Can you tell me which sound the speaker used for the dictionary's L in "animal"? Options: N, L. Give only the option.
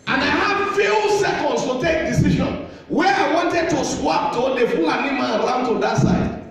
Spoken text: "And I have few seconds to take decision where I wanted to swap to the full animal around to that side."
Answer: N